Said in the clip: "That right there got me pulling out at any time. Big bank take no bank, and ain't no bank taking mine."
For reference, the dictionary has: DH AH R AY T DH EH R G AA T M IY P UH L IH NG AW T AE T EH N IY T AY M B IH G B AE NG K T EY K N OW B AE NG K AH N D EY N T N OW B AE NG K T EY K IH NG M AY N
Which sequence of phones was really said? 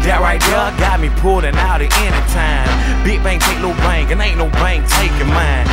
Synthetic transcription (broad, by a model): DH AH R AY T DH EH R G AA T M IY P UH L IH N AW T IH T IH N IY T AY M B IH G B AE NG K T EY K L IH B AE NG K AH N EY L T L B AE NG K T EY K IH M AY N